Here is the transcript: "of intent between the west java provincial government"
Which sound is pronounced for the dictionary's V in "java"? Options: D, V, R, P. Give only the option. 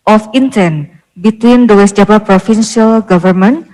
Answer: P